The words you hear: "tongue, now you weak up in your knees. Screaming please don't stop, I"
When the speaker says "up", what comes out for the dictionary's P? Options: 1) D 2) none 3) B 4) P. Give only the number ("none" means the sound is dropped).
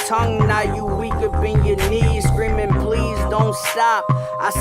3